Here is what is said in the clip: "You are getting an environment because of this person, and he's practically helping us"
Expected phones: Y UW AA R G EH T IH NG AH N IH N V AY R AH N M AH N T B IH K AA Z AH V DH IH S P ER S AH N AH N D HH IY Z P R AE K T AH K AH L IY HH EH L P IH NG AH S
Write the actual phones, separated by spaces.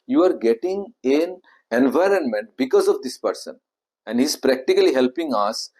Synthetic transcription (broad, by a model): Y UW AA R G EH T IH NG AH N IH N V AY R AH N M AH N T B IH K AA Z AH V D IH S P ER S AH N AH N D HH IY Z P R AE K T AH K AH L IY HH EH L P IH NG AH S